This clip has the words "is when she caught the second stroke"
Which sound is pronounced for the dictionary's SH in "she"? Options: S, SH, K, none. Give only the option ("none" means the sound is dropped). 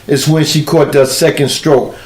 SH